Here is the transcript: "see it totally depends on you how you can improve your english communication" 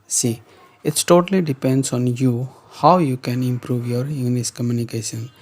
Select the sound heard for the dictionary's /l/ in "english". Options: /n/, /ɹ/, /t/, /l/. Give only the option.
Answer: /n/